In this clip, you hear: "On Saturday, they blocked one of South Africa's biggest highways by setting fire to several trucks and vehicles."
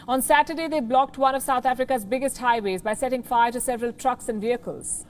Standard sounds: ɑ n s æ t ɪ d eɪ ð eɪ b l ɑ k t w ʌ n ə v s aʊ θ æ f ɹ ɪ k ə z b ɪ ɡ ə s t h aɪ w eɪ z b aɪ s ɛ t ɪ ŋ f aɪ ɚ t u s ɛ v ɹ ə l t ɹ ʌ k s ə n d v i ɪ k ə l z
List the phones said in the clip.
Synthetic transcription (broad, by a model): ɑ n s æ t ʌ d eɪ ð eɪ b l ɑ k t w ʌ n ə v s aʊ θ æ f ɹ ɪ k ə z b ɪ ɡ ə s t h aɪ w eɪ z b aɪ s ɛ t ɪ ŋ f aɪ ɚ t u s ɛ v ɹ ə l t ɹ ʌ k s ə n d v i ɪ k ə l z